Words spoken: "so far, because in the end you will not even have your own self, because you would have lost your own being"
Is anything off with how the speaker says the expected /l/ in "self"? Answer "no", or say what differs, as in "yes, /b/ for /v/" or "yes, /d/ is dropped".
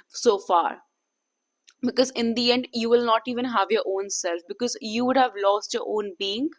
no